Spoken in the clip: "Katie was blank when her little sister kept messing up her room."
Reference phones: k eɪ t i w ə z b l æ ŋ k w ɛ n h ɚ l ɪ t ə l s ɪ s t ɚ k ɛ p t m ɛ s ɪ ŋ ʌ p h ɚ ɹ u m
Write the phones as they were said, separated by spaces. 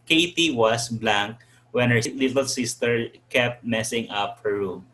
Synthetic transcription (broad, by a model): k eɪ t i w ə s b l æ ŋ k w ɛ n h ɚ l ɪ t ə l s ɪ s t ɚ k ɛ p t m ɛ s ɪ ŋ ʌ p h ɚ ɹ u m